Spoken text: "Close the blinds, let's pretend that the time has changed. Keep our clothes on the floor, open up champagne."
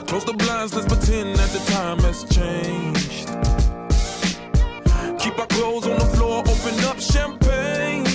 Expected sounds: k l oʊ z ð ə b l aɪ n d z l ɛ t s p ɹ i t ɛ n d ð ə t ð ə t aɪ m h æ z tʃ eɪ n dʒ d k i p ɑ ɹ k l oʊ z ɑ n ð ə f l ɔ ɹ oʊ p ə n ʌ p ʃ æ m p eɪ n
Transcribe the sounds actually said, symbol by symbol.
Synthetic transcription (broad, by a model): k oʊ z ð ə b l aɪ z n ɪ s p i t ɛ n ð ə t ð ə t aɪ m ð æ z tʃ eɪ n dʒ d k i p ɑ k l oʊ z n ð ə f l ɔ ɹ oʊ p ə n ʌ p ʃ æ m p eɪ n